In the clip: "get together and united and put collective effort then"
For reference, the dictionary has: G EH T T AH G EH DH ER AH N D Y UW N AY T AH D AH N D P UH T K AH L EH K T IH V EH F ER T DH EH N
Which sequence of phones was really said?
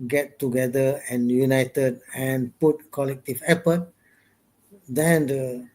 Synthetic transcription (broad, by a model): G EH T T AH G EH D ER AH N Y UW N AY T AH D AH N P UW T K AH L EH K T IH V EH P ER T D EH N